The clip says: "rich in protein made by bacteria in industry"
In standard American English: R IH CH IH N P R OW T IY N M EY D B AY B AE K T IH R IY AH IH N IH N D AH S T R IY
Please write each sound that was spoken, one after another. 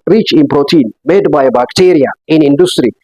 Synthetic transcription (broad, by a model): R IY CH IH N P R OW T IY N M EY D B AY B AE K T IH R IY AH IH N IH N D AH S T R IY